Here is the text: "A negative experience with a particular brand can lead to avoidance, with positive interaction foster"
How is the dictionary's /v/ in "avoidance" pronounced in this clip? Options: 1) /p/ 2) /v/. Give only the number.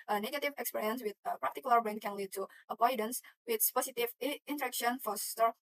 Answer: 1